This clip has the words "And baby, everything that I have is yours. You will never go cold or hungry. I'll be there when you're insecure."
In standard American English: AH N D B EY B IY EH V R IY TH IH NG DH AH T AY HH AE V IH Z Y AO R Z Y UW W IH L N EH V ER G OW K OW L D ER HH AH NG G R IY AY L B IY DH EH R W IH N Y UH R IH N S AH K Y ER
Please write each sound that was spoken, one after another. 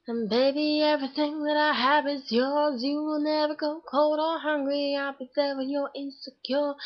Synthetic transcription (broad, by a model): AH N B EY B IY EH V R IY TH IH NG DH AH T AY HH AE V IH Z Y AO R Z Y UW W IH L N EH V ER G OW K OW L D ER HH AH NG G R IY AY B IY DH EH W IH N Y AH R IH N S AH K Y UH